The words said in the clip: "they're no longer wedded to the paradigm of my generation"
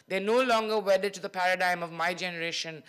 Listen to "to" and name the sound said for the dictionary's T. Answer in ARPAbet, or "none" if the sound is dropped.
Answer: T